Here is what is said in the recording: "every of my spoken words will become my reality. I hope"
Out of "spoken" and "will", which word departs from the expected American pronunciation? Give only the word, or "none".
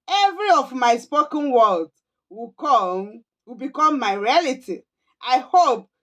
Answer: will